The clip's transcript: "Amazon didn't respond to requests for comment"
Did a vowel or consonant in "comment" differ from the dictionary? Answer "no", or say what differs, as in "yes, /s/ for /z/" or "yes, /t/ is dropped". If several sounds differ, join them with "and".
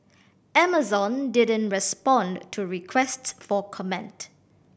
no